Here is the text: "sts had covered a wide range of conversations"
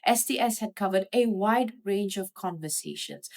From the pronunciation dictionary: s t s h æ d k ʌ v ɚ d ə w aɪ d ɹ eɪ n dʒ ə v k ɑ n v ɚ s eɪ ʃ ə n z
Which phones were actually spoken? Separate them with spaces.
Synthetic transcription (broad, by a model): s t s h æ d k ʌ v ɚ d ə w aɪ d ɹ eɪ n dʒ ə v k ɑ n v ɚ s eɪ ʃ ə n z